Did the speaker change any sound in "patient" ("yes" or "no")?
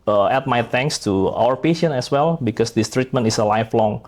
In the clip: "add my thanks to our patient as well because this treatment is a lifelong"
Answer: yes